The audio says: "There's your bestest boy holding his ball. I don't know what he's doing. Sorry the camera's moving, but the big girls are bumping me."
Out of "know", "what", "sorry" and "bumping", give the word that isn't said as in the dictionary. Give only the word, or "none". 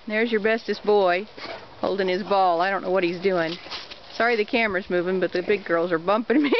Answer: none